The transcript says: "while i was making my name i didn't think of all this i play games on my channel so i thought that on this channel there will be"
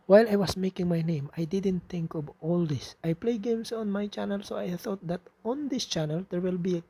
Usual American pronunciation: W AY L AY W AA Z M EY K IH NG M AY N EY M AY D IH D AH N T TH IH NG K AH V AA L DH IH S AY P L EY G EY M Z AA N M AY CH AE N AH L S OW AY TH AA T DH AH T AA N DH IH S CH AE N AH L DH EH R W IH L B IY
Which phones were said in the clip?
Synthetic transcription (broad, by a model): W AY L AY W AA S M EY K IH NG M AY N EY M AY D IH D AH N T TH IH NG K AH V AA L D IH S AY P L EY G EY M S AA N M AY CH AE N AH L S OW AY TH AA T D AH T AA N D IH S CH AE N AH L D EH R W IH L B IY